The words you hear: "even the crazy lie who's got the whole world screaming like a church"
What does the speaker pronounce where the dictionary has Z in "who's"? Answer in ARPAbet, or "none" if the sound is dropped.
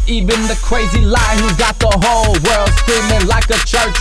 none